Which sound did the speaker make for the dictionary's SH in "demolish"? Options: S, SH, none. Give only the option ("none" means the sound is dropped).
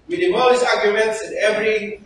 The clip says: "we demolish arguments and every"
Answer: S